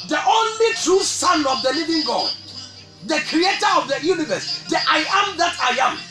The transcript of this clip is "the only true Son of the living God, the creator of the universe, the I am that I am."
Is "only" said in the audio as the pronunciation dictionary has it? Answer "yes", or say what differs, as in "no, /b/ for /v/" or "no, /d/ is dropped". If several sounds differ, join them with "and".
yes